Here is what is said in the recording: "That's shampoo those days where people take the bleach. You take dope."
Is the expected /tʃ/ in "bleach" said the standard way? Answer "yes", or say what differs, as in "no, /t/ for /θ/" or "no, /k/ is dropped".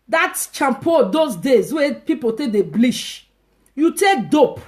no, /ʃ/ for /tʃ/